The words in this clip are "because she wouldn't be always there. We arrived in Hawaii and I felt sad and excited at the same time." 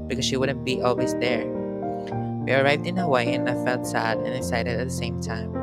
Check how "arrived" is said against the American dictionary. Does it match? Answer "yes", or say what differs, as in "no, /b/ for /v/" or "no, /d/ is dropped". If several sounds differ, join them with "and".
yes